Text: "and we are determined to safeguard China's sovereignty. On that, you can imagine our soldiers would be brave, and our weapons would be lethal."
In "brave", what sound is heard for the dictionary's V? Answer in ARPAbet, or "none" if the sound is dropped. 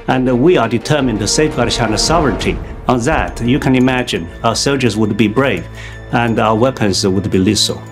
V